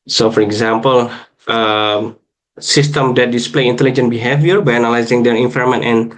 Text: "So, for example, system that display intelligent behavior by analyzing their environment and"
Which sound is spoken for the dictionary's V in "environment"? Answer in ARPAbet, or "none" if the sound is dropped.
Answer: F